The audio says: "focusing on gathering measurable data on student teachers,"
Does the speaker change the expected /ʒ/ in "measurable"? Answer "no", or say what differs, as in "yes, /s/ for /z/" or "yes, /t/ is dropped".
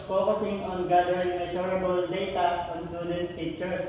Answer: yes, /ʃ/ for /ʒ/